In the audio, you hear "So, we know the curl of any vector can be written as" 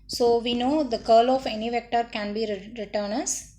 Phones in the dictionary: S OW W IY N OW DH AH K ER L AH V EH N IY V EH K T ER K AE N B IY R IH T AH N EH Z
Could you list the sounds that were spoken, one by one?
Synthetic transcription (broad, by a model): S OW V IY N OW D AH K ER L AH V EH N IY V EH K T ER K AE N B IY R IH T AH N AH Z